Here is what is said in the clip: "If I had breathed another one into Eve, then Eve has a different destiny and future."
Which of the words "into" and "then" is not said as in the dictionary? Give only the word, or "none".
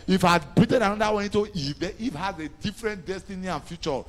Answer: then